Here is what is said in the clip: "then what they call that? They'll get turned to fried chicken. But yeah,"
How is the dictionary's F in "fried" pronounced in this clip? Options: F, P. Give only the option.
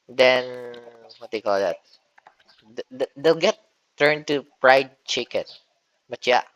P